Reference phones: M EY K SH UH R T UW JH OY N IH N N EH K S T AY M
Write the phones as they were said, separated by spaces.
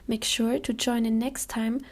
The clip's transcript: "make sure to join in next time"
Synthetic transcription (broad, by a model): M EY K SH UH R T UW JH OY N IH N N EH K S T AY M